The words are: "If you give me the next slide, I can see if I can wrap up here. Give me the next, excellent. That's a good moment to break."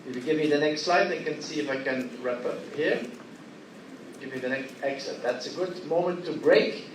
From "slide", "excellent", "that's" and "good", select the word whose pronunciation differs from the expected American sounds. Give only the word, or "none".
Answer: excellent